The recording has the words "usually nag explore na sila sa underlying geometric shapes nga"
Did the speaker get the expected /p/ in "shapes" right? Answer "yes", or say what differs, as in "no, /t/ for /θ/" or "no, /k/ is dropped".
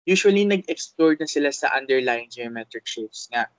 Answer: no, /p/ is dropped